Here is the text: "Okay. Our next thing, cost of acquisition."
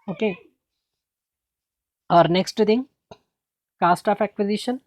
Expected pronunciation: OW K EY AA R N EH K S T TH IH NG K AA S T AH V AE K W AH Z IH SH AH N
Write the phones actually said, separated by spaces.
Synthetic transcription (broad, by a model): OW K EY AA R N EH K S T T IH NG K AA S T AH P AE K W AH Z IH SH AH N